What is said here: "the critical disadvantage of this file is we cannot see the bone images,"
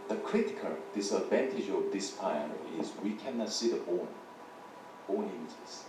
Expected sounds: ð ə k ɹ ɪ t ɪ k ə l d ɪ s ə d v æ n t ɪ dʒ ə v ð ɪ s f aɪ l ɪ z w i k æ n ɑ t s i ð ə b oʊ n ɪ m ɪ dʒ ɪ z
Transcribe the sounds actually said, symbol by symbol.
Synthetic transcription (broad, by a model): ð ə k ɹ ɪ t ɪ k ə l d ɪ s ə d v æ n t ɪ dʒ ə v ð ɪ s p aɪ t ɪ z w i k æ n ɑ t s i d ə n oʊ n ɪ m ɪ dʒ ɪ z